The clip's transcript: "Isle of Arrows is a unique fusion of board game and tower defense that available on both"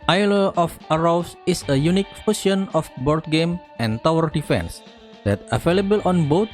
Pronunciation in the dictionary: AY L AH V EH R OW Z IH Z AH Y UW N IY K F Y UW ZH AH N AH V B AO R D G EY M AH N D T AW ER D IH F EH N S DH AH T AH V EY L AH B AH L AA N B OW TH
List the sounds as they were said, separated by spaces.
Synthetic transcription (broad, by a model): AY L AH F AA R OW S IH S AH Y UW N IY K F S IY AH N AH F B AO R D G EY M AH N T AW ER D IH F EH N S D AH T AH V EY L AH B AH L AA N B OW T